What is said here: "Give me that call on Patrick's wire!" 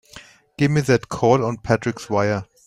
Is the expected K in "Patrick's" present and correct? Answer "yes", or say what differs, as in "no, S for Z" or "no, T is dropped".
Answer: yes